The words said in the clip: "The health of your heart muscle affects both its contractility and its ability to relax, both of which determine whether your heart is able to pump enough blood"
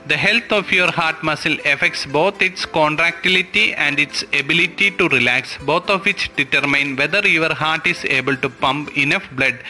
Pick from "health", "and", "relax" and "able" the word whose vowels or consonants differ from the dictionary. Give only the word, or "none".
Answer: health